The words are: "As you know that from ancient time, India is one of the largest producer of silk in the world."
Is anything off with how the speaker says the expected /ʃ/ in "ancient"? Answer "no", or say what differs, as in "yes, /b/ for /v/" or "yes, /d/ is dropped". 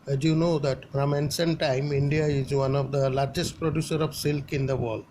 yes, /s/ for /ʃ/